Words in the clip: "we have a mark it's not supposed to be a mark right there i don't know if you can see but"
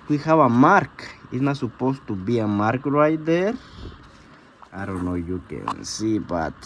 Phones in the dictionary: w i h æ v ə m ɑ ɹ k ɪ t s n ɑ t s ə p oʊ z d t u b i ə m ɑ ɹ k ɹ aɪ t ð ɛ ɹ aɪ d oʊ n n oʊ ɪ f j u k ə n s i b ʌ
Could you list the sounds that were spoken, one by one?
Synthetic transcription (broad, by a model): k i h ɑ b ə m ɑ ɹ k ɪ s n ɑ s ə p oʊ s t u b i ə m ɑ ɹ k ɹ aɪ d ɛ ɹ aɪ d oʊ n n oʊ j u k ə n s i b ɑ